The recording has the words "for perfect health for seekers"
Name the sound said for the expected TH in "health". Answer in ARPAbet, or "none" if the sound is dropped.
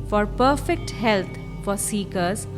T